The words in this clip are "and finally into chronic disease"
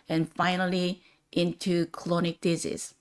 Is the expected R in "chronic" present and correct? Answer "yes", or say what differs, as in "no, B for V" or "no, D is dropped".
no, L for R